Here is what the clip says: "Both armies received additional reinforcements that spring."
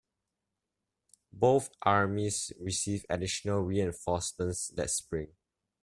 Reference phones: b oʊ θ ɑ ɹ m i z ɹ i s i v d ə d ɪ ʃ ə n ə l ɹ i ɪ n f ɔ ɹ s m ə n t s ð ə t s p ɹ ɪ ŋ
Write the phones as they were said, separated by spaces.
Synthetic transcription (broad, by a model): b oʊ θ ɑ ɹ m i s ɹ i s i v ə d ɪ ʃ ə n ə l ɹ i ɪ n f ɔ s m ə n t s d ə t s p ɹ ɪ ŋ